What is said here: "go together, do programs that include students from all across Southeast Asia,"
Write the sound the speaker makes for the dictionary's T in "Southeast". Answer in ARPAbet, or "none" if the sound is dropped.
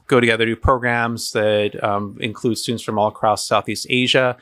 T